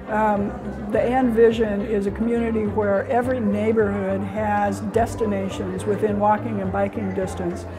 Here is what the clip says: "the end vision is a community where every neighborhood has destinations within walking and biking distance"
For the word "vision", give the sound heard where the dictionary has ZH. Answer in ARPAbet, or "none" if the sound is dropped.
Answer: ZH